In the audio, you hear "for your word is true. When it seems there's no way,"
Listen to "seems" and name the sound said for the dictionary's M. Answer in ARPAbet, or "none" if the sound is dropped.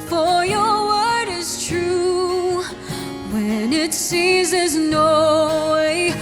none